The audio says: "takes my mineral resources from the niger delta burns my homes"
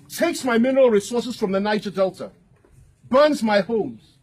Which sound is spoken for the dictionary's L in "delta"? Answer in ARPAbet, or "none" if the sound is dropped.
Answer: L